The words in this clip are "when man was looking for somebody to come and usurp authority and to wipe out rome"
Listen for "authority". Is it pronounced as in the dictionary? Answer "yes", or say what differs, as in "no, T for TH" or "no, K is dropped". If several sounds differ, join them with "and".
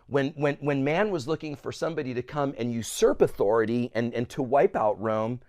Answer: yes